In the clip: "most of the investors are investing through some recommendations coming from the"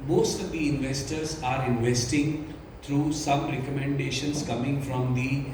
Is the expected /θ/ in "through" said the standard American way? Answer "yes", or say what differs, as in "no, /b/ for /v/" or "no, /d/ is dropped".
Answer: no, /t/ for /θ/